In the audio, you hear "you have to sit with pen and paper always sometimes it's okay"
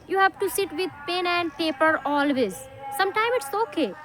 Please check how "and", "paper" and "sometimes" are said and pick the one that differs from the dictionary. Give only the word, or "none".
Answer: sometimes